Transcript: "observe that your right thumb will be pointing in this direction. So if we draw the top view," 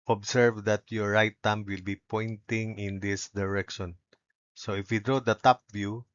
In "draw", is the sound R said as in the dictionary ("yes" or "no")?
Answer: yes